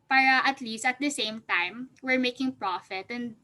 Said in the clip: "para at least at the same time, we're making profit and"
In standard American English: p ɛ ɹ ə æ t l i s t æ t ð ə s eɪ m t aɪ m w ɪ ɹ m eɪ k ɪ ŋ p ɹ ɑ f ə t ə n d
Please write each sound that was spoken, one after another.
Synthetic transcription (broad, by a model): p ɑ ɹ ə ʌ t l i s t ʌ t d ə s eɪ m t aɪ m w ɪ ɹ m eɪ k ɪ ŋ p ɹ ɑ f ə t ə n d